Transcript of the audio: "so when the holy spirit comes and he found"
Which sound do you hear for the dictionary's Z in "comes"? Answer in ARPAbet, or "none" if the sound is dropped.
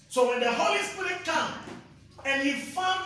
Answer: none